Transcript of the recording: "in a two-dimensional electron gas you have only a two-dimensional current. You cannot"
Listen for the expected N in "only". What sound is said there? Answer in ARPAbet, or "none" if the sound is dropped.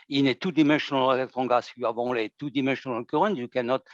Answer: none